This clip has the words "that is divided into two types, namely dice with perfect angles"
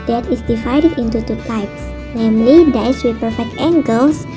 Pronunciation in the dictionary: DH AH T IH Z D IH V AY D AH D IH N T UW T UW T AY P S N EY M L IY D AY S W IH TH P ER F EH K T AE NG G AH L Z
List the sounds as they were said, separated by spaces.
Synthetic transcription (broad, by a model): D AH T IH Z D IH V AY D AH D IH N T UW T UW T AY P S N EY M L IY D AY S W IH P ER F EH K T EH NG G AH L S